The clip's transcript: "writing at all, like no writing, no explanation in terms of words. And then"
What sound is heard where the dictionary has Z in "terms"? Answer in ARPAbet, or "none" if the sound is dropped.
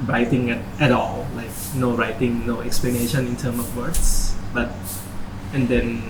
none